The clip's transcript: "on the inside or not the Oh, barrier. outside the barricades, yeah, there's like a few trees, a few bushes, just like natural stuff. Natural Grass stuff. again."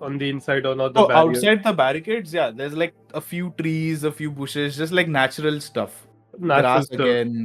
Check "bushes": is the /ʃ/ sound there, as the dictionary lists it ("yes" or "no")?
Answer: yes